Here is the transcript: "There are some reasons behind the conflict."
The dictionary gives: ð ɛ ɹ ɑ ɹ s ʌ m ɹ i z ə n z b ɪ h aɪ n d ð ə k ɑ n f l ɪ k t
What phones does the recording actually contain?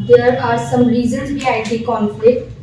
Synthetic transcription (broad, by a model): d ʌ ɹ ɑ ɹ s ʌ m ɹ i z ə n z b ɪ aɪ d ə k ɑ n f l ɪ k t